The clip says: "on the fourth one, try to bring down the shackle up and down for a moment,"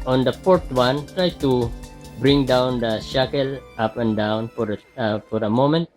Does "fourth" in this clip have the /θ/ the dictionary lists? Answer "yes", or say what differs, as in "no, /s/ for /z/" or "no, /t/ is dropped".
no, /t/ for /θ/